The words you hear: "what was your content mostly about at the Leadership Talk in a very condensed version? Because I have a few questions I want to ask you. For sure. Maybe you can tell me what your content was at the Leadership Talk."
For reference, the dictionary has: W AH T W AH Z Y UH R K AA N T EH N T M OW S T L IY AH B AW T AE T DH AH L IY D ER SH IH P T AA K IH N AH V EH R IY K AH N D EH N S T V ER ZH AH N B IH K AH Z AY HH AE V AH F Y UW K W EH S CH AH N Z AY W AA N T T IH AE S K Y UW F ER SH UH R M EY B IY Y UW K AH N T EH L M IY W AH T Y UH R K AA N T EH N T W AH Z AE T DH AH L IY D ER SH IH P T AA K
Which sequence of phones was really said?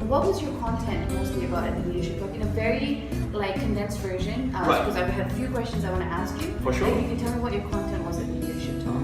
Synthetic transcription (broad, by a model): W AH T W AH Z Y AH R K AA N T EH N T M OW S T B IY AH B AW T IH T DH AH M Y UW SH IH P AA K IH N AH V EH R IY K AH N D EH N S T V ER ZH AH N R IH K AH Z AY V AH F Y UW K W EH S CH AH N Z AY W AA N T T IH AE S K Y UW F ER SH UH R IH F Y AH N T EH L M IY W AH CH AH R K AA N T EH N T W AH Z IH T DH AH N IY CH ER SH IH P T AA